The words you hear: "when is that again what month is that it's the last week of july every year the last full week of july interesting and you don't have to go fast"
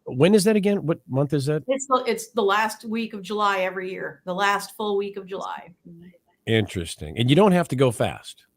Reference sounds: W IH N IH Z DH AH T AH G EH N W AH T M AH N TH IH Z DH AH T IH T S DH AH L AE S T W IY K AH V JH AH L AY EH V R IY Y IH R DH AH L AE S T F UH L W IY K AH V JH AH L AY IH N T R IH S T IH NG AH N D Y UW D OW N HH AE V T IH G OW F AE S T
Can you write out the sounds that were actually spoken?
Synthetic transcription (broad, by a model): W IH N IH Z DH AH T AH G EH N W AH T M AH N TH IH Z DH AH T IH T S DH AH L AE S T W IY K AH V JH AH L AY EH V R IY Y IH R DH AH L AE S T F UH L W IY K AH V JH AH L AY IH N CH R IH S T IH NG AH N Y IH D OW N HH AE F T IH G OW F AE S T